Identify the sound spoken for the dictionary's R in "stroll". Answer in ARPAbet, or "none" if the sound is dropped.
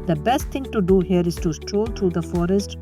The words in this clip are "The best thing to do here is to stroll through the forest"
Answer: R